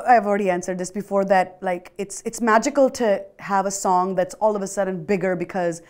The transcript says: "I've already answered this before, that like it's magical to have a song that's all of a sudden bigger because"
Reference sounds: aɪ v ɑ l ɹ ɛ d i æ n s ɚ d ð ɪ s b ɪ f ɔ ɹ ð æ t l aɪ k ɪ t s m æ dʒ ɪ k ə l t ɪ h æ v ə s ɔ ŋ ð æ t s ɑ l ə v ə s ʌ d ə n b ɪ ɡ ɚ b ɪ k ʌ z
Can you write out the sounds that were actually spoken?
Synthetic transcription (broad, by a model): aɪ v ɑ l ɹ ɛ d i æ n s ɚ d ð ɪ s b ɪ f ɔ ɹ ð æ t l aɪ k ɪ t s m æ dʒ ɪ k ə l t ɪ h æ v ə s ɔ ŋ ð æ t s ɑ l ə v ə s ʌ d ə n b ɪ ɡ ɚ b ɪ k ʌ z